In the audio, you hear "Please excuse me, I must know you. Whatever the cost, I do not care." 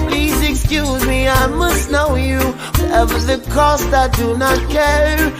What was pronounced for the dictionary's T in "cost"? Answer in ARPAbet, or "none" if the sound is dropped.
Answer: T